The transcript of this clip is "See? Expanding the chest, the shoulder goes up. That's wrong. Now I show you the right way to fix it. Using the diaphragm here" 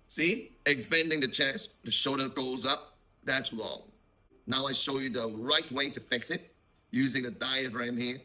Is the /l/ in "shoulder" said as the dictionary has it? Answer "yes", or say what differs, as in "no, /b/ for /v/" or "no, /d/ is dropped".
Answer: no, /l/ is dropped